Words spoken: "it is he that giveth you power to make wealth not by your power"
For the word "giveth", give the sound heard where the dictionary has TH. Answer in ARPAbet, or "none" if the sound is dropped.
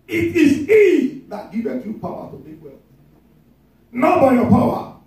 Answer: S